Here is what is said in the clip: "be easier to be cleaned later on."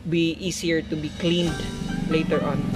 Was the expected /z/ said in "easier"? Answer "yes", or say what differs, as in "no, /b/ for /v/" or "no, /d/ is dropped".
no, /s/ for /z/